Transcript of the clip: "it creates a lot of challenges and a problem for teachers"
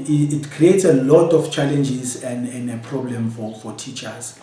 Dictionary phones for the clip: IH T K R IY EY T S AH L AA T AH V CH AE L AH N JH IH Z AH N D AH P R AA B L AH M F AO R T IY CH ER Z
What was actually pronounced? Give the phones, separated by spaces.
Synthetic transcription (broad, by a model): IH T K R IY EY T S AH L AA T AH F CH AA L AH N JH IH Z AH N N AH P R AA B L AH M F AO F T IY CH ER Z